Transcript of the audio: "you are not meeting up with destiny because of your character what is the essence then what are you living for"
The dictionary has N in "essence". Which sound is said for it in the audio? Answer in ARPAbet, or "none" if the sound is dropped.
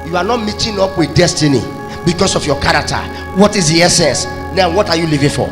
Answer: none